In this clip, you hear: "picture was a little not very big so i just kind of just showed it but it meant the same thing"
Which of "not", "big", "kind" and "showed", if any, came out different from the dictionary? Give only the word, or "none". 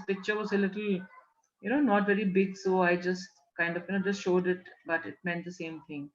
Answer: none